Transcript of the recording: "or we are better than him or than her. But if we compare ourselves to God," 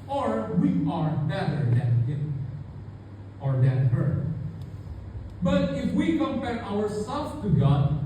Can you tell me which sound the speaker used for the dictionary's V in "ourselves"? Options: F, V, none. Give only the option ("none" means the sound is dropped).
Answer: none